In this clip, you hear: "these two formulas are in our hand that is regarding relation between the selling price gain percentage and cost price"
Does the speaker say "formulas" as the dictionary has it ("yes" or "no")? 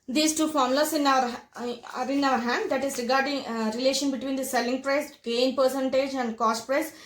no